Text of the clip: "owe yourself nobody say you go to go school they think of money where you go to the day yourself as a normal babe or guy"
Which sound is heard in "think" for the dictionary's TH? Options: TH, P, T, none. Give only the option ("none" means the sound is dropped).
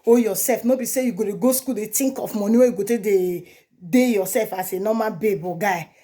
T